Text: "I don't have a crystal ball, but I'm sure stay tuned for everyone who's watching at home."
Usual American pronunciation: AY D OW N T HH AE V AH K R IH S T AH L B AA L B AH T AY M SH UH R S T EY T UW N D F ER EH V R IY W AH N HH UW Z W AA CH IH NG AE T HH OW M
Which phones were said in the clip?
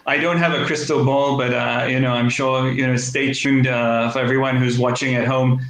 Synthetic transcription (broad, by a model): AY D OW N T HH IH V AH K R IH S T L B AA L B AH T AY M SH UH R S T EY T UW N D F ER EH V R IY W AH N HH UW Z W AA CH IH NG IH T HH OW M